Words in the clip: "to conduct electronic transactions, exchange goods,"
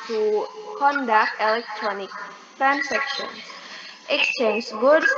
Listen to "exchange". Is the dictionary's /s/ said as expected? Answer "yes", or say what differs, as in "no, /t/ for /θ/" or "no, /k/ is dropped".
yes